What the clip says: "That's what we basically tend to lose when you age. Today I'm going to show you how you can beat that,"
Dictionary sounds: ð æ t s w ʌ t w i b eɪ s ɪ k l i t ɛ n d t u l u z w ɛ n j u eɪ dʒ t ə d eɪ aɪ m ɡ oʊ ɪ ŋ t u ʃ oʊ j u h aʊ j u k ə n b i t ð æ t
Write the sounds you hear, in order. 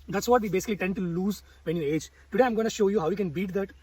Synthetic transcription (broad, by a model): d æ t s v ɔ t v i b eɪ s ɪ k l i t ɛ n d t u l u z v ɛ n j u eɪ dʒ t ə d eɪ aɪ m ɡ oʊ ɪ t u ʃ oʊ j u h aʊ j u k ə n b i t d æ t